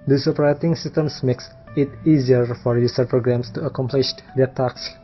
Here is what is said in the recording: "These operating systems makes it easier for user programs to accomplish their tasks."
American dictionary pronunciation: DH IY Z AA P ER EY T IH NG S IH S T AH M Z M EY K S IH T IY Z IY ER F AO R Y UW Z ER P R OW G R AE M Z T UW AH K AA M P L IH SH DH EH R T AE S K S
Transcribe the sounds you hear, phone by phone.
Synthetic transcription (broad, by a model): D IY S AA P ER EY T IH NG S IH S T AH M S M EY K S IH T IY Z IY ER F AO R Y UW S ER P R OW G R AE M S T UW AH K AA M P L IH SH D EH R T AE K S